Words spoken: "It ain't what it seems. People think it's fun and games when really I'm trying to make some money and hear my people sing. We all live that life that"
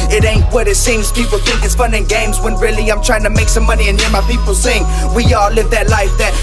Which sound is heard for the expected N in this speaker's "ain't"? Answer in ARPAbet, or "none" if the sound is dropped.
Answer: N